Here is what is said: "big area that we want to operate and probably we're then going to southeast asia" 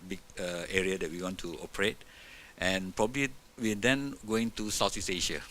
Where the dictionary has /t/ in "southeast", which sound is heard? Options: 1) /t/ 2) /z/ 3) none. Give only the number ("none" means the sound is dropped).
3